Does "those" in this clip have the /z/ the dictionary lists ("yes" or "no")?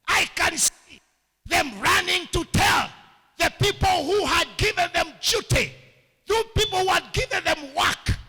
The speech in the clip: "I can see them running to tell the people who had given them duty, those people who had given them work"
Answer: no